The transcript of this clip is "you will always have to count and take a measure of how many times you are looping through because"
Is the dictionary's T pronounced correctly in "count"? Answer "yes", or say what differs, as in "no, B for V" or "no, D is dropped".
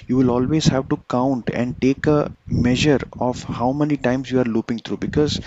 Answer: yes